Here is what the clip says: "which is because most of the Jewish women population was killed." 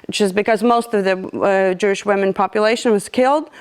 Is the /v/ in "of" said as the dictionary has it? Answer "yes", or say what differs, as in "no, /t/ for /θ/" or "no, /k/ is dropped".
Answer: yes